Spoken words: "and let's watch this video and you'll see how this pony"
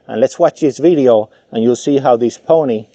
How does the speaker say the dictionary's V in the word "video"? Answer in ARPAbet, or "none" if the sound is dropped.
V